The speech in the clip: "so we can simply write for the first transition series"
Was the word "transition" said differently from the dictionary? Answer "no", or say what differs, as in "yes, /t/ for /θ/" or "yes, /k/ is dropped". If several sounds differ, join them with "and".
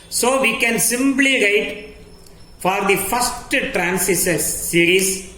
yes, /s/ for /z/ and /s/ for /ʃ/